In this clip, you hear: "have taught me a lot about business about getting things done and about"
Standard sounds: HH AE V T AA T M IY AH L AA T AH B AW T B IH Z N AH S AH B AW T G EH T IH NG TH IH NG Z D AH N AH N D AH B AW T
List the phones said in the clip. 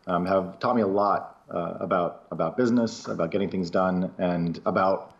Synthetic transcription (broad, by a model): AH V T AA T M IY AH L AA T AH B AW T B IH Z N AH S AH B AW T G EH T IH NG TH IH NG Z D AH N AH N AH B AW T